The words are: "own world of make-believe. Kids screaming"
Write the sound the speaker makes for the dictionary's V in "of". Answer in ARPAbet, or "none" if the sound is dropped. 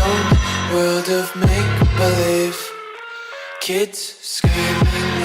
V